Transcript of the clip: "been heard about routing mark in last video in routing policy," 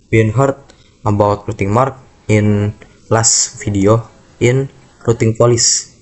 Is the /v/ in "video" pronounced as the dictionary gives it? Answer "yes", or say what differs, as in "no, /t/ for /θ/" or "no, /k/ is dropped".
no, /f/ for /v/